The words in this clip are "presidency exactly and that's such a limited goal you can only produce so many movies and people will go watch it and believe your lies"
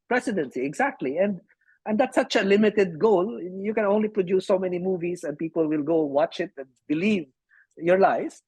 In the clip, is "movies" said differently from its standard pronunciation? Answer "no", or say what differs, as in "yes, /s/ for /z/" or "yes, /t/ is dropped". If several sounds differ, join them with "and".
yes, /s/ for /z/